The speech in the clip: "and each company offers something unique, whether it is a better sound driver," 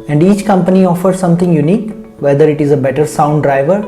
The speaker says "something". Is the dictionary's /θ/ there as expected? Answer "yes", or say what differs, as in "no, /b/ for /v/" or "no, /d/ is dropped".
no, /t/ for /θ/